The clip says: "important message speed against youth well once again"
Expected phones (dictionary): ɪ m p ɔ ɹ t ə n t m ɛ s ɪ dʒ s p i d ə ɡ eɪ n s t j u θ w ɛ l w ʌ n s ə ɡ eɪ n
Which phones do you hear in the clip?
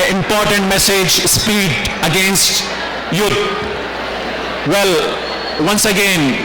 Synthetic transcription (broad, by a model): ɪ m p ɔ ɹ t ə n t m ɛ s ɪ dʒ s p i d ə ɡ eɪ n s t j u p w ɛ l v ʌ n s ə ɡ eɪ n